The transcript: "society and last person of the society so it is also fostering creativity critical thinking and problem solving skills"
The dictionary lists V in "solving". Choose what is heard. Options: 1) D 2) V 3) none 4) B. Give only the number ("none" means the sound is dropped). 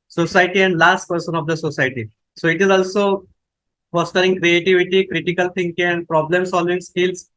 2